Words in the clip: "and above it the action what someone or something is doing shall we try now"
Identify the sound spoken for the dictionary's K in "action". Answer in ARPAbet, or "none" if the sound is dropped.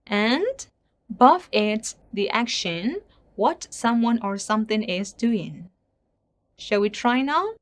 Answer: K